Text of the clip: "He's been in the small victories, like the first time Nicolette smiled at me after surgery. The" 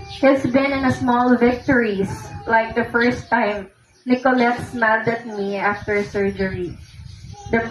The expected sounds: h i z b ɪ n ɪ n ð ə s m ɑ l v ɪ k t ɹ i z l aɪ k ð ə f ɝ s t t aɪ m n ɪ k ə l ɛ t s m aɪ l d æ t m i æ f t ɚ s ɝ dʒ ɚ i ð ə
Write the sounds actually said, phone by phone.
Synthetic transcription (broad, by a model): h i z b ɪ n ɪ n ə s m ɑ l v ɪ k t ɹ i s l aɪ k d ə f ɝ s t t aɪ m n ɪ k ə l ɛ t s m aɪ d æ t m i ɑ f t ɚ s ɝ dʒ ɚ i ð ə